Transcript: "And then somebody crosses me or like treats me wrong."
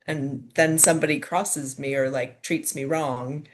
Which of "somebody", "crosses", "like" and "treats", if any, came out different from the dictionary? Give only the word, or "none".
none